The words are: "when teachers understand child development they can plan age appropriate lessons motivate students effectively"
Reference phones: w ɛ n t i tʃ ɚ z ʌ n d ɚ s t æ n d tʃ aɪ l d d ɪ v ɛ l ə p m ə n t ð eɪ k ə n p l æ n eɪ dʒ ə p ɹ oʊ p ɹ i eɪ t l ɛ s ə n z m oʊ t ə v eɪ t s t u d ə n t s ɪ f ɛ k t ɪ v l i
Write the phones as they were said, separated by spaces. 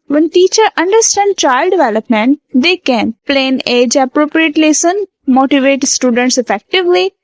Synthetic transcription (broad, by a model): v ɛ n t i tʃ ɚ ʌ n d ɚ s t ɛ n d tʃ aɪ l d d ɪ v ɛ l ə p m ə n t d eɪ k ə n p l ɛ n eɪ dʒ ə p ɹ oʊ p ɹ i eɪ t l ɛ s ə n m oʊ t ə v eɪ t s t u d ə n t s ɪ f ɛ k t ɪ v l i